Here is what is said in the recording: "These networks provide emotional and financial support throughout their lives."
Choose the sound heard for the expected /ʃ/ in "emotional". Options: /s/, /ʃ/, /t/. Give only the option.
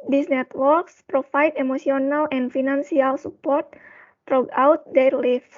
/s/